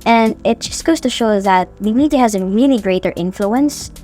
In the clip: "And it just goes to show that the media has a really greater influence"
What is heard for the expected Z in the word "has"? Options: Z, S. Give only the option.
Z